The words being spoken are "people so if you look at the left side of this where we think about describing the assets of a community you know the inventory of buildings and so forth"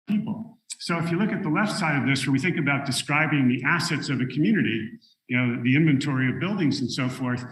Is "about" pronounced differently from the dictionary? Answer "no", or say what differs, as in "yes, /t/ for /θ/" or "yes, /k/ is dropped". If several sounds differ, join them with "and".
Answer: no